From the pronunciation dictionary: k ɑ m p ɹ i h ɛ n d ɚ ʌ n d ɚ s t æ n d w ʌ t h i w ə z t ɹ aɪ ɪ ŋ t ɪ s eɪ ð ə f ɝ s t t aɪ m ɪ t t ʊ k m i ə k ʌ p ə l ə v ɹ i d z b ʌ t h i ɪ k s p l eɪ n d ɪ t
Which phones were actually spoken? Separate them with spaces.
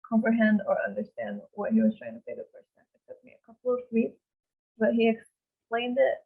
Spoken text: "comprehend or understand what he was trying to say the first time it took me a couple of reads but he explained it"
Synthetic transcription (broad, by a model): k ɑ m p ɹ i h ɛ n d ɚ ʌ n d ɚ s t æ n d w ʌ t h i w ə z t ɹ aɪ ɪ ŋ t ɪ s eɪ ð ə p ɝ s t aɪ ɪ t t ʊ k m i ə k ʌ p l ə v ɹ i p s b ʌ t h i ɪ k s p l eɪ n d ɪ t